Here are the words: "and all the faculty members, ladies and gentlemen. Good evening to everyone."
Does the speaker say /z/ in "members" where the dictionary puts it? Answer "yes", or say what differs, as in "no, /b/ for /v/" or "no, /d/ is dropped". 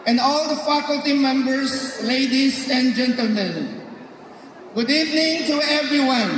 no, /s/ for /z/